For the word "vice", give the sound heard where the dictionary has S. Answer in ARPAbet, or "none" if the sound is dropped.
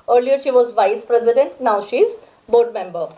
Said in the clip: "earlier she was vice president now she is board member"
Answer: S